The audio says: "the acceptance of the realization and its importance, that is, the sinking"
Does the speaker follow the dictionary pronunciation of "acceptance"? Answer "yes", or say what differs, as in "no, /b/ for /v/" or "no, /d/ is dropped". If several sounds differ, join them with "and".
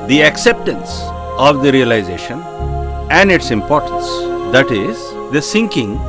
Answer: yes